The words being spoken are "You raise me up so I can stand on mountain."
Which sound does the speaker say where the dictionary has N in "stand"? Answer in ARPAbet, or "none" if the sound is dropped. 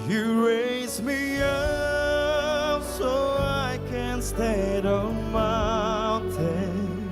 none